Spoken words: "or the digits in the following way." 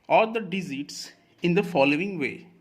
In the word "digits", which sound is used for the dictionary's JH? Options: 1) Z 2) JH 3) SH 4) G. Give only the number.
1